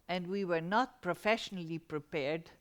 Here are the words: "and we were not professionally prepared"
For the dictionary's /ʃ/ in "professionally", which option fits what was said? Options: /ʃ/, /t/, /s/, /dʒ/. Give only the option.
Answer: /ʃ/